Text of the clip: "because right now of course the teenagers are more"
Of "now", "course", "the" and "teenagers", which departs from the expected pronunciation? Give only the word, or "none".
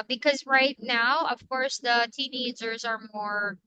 none